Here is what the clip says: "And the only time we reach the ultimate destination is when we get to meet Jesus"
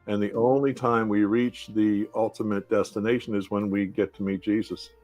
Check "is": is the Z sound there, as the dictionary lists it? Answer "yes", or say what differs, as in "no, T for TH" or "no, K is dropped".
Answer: yes